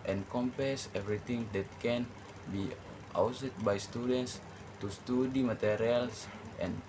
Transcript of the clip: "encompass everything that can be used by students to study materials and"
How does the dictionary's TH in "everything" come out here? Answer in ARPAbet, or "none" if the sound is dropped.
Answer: T